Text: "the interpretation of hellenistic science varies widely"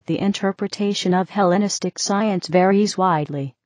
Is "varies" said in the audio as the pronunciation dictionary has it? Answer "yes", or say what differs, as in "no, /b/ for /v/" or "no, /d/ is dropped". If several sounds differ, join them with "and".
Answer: yes